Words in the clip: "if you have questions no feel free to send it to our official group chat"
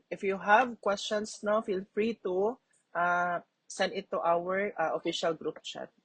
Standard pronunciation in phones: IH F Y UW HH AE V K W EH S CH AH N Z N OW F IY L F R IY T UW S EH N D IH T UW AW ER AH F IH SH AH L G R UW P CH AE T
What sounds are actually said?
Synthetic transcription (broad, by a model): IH F Y UW HH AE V K W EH S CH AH N S N OW F IY L F R IY T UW S EH N D IH T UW AW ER AH F IH SH AH L G R UW P CH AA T